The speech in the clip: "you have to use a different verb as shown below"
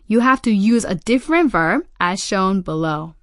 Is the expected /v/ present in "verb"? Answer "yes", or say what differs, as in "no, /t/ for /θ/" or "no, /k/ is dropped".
yes